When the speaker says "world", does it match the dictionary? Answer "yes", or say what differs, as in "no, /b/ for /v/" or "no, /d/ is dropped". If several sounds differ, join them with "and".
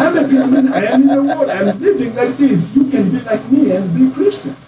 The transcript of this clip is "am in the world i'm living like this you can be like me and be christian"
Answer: no, /w/ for /l/